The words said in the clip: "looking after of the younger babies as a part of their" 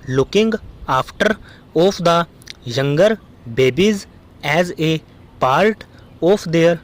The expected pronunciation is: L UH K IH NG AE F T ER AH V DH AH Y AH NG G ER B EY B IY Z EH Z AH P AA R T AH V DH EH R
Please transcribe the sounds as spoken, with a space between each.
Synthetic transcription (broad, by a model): L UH K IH NG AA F T ER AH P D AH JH AH NG G ER B EY B IY Z EH Z AH P AA R T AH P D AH R